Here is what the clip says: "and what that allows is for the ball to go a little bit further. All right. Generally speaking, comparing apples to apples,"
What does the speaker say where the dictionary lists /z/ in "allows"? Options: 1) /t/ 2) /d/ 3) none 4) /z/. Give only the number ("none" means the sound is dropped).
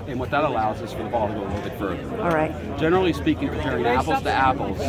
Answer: 4